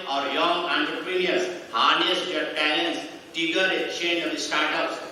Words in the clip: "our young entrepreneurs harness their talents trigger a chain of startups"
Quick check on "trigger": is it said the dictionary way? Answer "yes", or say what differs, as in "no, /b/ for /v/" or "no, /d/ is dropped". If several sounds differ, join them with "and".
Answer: no, /ɹ/ is dropped